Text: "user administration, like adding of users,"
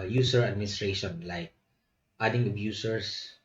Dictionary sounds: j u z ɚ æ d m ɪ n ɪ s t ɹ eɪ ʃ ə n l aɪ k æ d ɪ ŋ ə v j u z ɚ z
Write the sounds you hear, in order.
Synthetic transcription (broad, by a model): j u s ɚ æ d m ɪ n ɪ s t ɹ eɪ ʃ ə n l aɪ k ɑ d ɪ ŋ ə b j u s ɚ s